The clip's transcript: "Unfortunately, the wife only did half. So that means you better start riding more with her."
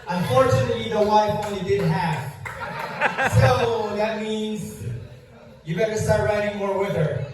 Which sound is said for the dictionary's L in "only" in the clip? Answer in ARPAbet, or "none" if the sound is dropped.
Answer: none